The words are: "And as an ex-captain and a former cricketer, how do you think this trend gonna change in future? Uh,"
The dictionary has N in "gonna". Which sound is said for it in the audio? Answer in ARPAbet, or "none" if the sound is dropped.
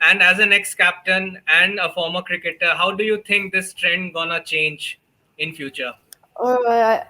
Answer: N